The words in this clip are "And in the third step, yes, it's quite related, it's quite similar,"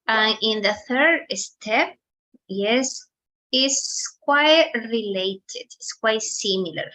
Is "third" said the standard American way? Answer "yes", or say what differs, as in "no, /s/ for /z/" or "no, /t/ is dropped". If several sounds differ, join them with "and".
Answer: yes